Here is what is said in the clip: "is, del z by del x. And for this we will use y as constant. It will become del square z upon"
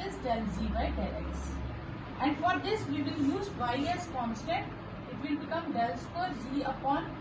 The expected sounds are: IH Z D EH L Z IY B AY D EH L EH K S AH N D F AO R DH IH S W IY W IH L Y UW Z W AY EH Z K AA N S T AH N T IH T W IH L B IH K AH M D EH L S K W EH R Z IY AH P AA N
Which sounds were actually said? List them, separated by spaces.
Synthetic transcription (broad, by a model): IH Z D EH L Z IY B AY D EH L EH S AH N D F AO R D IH S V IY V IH L Y UW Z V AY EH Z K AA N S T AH T IH T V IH L B IH K AH M D EH L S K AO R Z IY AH P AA N